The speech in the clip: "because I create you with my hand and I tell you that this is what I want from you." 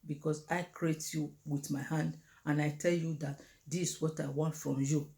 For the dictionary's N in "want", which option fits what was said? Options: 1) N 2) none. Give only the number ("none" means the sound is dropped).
1